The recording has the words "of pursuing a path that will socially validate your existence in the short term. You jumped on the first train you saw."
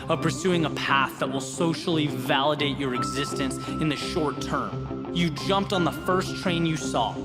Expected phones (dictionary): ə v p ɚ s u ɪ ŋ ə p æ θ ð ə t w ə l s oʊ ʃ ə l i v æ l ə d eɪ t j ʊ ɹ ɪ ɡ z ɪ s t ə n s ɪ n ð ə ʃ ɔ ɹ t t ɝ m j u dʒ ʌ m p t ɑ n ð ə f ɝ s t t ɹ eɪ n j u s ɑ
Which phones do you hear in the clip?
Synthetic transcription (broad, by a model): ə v p ɚ s u ɪ ŋ ə p æ θ ð ə t w ə l s oʊ ʃ l i v æ l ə d eɪ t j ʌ ɹ ɪ ɡ z ɪ s t ə n s ɪ n ð ə ʃ ɔ ɹ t t ɝ m j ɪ dʒ ʌ m p t n ð ə f ɝ s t t ɹ eɪ n j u s ɑ